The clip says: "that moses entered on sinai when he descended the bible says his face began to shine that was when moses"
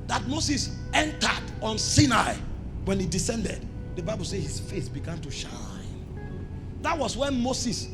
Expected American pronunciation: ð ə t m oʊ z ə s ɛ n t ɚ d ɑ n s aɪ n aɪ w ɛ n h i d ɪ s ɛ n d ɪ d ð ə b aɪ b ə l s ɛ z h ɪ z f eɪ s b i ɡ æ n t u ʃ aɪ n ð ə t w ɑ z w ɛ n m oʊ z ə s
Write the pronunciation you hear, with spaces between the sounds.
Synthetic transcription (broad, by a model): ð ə t m oʊ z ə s ɛ n t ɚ d ɑ n s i n aɪ w ɛ n h i d ɪ s ɛ n d ɪ d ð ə b aɪ b ə l s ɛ h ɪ s f eɪ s b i ɡ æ n t u ʃ aɪ n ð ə t w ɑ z w ɛ n m oʊ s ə s